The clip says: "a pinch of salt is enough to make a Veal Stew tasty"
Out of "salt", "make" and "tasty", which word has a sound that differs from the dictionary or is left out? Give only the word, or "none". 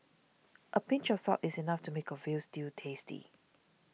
salt